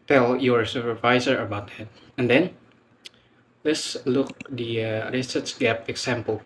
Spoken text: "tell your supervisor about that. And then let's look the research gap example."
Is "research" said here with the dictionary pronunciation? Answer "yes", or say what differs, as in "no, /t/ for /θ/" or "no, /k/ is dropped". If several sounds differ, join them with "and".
no, /s/ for /tʃ/